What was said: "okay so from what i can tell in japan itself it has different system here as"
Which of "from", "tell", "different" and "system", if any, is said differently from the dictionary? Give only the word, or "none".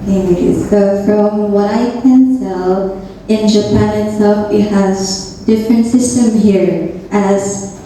tell